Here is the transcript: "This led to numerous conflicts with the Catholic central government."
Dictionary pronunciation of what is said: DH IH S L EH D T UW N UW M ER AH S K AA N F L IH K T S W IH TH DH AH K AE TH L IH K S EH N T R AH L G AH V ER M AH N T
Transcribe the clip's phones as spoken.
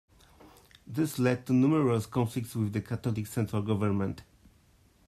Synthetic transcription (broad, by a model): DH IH S L EH D T UW N UW M ER AH S K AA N F L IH K T S W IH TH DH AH K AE T L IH K S EH N T R AH L G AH V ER M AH N T